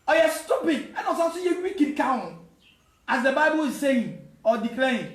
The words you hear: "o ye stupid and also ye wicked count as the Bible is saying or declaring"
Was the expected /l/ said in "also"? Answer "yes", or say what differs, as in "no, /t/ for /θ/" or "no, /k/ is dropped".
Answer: no, /l/ is dropped